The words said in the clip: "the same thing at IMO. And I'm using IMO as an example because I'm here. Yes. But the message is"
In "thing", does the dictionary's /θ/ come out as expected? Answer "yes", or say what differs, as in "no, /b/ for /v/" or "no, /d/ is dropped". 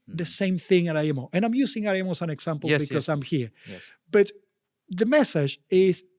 yes